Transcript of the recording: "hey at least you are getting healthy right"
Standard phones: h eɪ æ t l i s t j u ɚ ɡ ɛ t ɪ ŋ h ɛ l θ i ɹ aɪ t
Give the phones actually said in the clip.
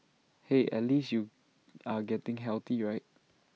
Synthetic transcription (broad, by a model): h eɪ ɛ t l i s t j u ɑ ɡ ɛ t ɪ ŋ h ɛ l t i ɹ aɪ t